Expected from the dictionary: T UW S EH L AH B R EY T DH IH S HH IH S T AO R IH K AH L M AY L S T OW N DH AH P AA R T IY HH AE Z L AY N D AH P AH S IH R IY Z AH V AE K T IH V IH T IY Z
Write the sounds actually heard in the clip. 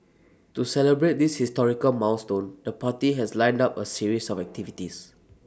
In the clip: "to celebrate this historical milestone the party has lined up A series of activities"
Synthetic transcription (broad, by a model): T UW S EH L AH B R EY T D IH S HH IH S T AO R IH K AH L M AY W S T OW N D AH P AA T IY HH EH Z L AY N D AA P AH S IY R IY S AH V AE K T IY V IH T IY S